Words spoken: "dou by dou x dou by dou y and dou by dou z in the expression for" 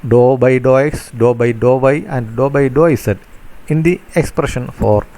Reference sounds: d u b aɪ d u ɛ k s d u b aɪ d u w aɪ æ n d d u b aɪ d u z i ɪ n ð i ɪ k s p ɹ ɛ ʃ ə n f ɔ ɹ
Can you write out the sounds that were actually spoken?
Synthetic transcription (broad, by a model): d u b aɪ d u ɛ k s d u b aɪ d u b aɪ æ n d d u b aɪ d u s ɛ ɪ n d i ɪ k s p ɹ ɛ ʃ ə n f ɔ ɹ